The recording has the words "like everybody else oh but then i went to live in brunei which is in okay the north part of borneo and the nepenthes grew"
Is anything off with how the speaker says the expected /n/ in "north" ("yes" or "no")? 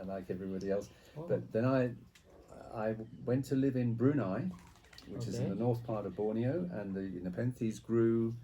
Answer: no